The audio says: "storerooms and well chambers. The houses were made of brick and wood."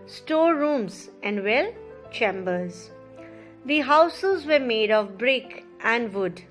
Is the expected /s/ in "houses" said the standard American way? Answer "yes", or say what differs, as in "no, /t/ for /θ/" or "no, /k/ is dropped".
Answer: yes